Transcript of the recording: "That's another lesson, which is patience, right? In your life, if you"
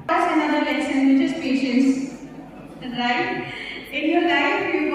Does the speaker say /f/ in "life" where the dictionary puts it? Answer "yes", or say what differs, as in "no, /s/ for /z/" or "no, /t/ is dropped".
no, /f/ is dropped